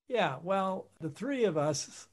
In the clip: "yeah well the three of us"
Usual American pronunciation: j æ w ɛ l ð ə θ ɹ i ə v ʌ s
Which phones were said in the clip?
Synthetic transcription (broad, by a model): j æ w ɛ l ð ə θ ɹ i ə v ʌ s